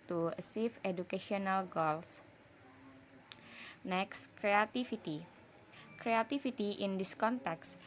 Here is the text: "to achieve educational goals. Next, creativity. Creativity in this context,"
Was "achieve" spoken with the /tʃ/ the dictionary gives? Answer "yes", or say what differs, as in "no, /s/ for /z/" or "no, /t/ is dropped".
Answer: no, /s/ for /tʃ/